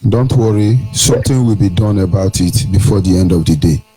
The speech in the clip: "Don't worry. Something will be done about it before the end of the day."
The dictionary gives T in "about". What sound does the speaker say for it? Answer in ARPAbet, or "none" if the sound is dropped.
T